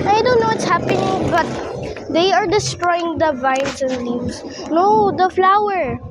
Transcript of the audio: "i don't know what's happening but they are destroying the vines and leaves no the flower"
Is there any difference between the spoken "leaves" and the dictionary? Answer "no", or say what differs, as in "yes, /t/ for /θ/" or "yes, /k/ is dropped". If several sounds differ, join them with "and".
yes, /s/ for /z/